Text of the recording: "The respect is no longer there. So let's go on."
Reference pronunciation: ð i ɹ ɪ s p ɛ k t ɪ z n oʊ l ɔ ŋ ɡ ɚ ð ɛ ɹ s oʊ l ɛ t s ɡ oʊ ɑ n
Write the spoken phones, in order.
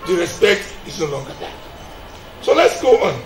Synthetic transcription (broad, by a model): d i ɹ ɪ s p ɛ k t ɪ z n oʊ l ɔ ŋ ɡ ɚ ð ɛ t s oʊ l ɛ t s ɡ oʊ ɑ n